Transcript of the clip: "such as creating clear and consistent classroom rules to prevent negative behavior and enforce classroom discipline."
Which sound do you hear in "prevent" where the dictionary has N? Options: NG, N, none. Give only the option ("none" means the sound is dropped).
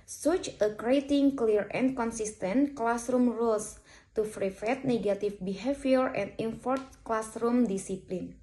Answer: none